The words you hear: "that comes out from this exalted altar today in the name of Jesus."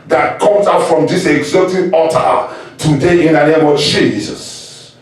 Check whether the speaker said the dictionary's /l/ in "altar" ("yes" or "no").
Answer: no